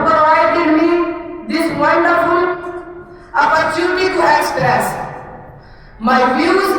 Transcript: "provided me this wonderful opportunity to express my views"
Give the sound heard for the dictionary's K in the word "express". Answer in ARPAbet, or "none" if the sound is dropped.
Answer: none